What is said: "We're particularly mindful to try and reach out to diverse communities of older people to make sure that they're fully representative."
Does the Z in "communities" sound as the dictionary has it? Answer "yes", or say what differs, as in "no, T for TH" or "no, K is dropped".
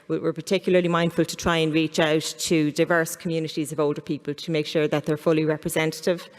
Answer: yes